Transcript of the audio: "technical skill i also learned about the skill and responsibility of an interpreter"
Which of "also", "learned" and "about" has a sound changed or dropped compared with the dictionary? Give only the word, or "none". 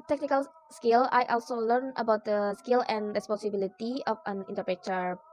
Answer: learned